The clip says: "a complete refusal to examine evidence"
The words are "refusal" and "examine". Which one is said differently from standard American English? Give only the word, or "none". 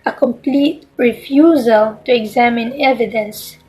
none